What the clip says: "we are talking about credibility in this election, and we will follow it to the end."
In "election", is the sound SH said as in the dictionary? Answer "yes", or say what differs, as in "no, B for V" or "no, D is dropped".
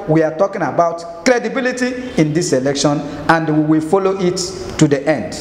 yes